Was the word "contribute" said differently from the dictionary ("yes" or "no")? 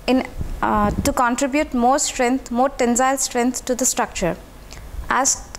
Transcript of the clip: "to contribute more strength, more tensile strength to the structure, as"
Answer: no